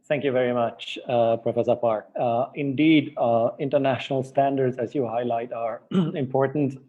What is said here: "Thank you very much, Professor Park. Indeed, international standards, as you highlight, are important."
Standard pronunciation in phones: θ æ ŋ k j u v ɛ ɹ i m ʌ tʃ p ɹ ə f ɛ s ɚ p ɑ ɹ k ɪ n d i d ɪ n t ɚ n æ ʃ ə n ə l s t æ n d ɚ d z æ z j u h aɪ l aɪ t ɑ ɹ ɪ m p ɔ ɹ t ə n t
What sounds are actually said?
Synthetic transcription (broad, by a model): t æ ŋ k j u v ɛ ɹ i m ʌ tʃ p ɹ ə f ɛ s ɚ p ɑ ɹ k ɪ n d i d ɪ n t ɚ n æ ʃ ə n ə l s t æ n d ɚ d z æ z j u h aɪ l aɪ t ɑ ɹ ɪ m p ɔ ɹ t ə n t